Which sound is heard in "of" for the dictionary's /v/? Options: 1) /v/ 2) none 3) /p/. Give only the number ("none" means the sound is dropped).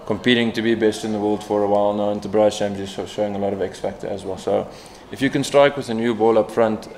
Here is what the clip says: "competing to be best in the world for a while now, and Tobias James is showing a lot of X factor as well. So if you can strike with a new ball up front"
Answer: 1